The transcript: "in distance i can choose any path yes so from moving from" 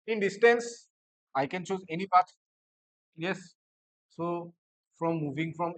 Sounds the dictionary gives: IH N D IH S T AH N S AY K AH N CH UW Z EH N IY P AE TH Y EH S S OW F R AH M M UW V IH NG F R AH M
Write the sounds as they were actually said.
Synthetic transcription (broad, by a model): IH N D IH S T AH N S AY K AH N CH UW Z EH N IY P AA T Y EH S S OW F R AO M M UW V IH NG F R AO M